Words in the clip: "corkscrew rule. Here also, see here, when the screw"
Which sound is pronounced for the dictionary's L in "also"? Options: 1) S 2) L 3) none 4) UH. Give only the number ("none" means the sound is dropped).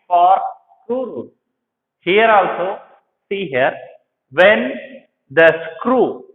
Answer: 2